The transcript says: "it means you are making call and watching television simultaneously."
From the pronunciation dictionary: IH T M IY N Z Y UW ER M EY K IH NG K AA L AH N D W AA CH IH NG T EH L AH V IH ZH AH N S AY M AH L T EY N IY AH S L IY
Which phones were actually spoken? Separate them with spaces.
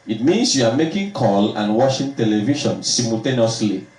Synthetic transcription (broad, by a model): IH T M IY N S Y UW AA M EY K IH NG K AA L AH N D W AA SH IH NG T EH L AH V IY SH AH N S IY M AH L T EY N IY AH S L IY